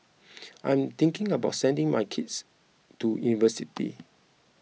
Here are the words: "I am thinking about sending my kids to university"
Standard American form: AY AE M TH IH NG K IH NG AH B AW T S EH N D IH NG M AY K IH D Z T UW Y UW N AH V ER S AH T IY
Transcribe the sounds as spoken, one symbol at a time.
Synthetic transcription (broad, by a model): AY M T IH NG K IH NG AH B AW T S EH N D IH NG M AY K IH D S T UW Y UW N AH V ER S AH T IY